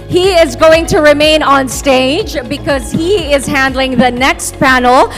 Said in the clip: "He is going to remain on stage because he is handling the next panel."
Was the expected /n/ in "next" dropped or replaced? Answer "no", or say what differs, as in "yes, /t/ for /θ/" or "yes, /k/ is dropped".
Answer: no